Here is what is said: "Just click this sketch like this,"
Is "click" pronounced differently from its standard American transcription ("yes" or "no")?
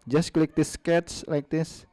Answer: no